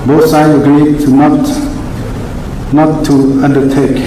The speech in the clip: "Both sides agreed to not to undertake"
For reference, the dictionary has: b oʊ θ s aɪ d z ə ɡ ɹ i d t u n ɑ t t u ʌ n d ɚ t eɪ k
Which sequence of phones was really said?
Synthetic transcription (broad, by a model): b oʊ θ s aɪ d ə ɡ ɹ i d t u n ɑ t t u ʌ n d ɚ t eɪ k